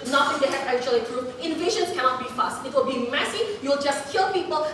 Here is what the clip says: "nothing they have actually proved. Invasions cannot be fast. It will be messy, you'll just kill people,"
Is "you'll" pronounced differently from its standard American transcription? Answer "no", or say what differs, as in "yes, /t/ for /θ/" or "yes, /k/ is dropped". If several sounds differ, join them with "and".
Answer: no